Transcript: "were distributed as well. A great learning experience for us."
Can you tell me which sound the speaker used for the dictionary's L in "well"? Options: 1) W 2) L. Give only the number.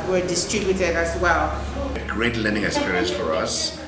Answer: 2